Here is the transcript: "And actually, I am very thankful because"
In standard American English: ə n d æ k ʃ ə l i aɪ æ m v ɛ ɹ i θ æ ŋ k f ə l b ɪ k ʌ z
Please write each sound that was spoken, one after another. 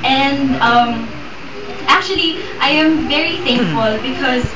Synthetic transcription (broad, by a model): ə n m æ k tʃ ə l i aɪ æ m v ɛ ɹ i θ æ ŋ k f ə l b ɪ k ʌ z